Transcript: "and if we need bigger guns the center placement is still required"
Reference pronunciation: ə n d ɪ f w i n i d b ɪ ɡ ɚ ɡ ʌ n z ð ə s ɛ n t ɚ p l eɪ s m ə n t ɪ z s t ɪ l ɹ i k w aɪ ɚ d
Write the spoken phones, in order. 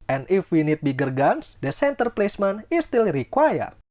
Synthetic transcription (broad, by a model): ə n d ɪ f w i n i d b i ɡ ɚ ɡ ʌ n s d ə s ɛ n t ɚ p l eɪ s m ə n ɪ s t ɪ l ɹ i k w aɪ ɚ